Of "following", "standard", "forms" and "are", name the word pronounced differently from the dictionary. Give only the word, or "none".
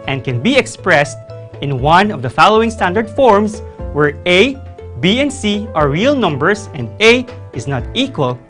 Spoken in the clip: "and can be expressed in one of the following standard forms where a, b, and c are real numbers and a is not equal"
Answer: forms